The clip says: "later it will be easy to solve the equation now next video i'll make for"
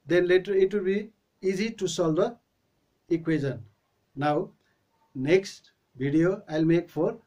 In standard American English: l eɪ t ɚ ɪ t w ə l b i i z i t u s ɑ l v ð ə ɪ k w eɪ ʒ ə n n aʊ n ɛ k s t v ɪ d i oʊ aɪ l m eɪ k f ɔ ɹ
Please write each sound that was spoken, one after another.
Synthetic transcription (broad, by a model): l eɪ t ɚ ɪ t w ə l b i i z i t u s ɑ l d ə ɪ k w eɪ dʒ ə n n aʊ n ɛ k s t b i d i oʊ aɪ l m eɪ k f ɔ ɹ